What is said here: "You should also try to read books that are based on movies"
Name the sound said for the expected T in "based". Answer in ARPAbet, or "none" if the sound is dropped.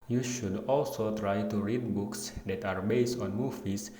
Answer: T